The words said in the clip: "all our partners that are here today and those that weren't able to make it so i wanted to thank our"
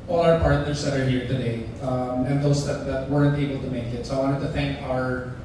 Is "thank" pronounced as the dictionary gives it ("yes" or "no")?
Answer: yes